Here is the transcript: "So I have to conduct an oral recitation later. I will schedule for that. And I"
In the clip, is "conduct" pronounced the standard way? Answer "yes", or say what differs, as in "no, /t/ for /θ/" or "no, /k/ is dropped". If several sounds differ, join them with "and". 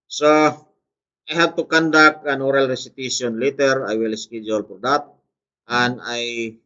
no, /t/ is dropped